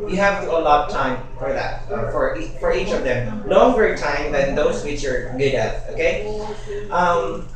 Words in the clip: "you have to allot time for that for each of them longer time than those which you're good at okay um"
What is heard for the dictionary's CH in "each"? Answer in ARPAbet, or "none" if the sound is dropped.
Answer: CH